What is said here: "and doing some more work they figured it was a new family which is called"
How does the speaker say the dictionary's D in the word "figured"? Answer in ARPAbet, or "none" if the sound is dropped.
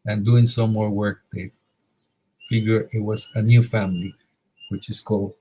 none